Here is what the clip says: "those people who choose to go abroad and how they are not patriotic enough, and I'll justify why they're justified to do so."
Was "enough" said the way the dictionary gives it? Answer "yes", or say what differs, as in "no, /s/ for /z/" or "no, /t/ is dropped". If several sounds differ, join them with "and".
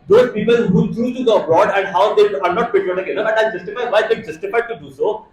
no, /f/ is dropped